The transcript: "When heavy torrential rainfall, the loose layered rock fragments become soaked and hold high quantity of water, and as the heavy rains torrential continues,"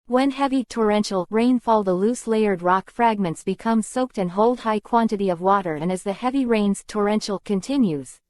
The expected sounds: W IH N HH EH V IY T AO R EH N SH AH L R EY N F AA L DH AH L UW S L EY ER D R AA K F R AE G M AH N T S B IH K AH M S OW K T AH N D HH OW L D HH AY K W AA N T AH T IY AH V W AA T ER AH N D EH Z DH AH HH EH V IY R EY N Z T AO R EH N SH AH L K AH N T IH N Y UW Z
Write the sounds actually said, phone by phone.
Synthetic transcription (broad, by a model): W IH N HH EH V IY T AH R EH N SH L R EY N F AA L DH AH L UW S L EY ER D R AA K F R AE G M AH N T S B IH K AH M S OW K T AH N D HH OW L D HH AY K W AA N T AH T IY AH V W AA T ER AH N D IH Z DH AH HH EH V IY R EY N Z T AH R EH N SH L K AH N T IH N Y UW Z